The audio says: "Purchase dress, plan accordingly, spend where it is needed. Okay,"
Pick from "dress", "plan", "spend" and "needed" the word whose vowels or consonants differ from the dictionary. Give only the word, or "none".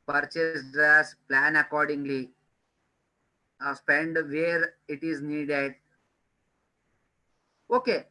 dress